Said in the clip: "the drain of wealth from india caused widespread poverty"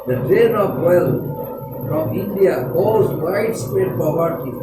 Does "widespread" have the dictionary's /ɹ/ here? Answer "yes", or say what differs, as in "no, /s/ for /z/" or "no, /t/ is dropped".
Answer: no, /ɹ/ is dropped